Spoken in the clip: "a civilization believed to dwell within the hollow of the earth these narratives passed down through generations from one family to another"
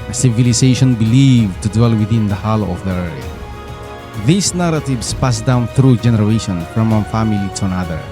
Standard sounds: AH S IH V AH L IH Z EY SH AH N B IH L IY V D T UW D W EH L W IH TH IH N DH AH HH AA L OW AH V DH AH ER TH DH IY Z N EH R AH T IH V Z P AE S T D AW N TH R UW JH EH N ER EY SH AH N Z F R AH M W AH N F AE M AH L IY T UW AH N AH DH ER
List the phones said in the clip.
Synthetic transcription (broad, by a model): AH S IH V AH L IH S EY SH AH N B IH L IY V T UW D W EH L W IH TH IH N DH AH HH AA L OW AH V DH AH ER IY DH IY S N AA R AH T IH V S P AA S D AW N TH R UW JH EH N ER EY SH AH N F R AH M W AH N F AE M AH L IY T UW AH N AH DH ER